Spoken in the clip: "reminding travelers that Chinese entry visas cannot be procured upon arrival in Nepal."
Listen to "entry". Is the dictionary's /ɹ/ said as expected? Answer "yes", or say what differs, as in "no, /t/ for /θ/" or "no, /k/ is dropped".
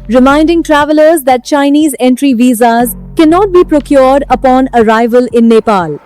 yes